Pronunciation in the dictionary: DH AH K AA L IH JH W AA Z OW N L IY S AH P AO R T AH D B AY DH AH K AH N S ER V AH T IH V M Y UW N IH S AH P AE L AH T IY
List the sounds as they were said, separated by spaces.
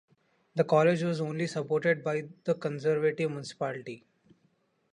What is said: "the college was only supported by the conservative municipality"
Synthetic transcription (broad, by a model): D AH K AA L IH JH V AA Z OW N L IY S AH P AO R T AH D B AY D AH K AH N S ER V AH T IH V M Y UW N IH S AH P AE L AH T IY